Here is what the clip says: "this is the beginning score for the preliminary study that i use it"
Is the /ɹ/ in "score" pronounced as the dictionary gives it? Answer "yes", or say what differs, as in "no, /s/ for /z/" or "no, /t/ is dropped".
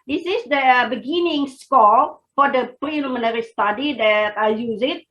no, /l/ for /ɹ/